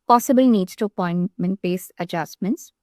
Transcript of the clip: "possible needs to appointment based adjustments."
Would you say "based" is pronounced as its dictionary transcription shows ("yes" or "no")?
no